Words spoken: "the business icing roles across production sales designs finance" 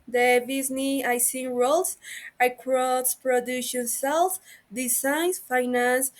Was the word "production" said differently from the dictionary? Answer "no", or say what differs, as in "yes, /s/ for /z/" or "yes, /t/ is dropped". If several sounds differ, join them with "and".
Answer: yes, /k/ is dropped